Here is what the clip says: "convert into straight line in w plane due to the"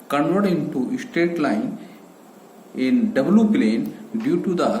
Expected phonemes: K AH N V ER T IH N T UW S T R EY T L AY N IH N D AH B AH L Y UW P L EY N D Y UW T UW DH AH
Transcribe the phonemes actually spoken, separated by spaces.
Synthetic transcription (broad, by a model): K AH N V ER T IH N T UW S T EY T L AY N IH N D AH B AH L Y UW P L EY N D Y UW T UW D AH